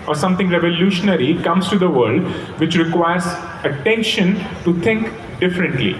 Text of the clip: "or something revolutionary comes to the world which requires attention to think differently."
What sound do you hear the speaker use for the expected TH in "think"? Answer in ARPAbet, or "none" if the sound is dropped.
T